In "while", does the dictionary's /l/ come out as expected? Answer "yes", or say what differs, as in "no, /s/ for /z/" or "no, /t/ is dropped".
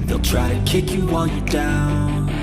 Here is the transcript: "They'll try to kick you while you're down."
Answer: no, /n/ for /l/